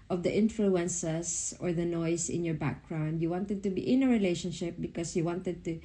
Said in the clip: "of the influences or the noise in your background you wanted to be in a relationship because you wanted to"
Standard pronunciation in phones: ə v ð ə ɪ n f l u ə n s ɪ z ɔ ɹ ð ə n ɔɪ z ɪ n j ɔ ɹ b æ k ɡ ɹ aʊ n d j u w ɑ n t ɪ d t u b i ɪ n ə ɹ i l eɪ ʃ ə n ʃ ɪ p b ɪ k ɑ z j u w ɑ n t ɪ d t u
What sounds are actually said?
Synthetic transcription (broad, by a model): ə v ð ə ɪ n f l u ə n s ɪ s ɔ ɹ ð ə n ɔɪ s ɪ n j ɔ ɹ b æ k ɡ ɹ aʊ n d j u w ɑ n t ɪ d t u b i ɪ n ə ɹ i l eɪ ʃ ə n ʃ ɪ p b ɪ k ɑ s j u w ɑ n t ɪ d t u